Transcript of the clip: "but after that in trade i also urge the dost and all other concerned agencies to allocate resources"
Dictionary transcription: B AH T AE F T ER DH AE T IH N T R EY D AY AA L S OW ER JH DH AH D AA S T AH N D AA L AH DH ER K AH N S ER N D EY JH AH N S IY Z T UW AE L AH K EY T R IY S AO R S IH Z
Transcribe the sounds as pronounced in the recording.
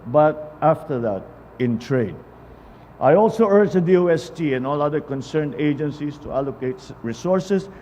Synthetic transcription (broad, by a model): B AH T AE F T ER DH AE T IH N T R EY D AY AA L S OW ER JH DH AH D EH S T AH N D AA L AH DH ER K AH N S ER N D EY JH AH N S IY S T UW AE L AH K EY T R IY S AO R S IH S